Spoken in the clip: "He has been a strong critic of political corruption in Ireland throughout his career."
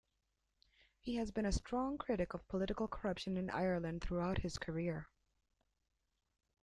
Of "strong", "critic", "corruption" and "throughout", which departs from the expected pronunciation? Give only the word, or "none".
none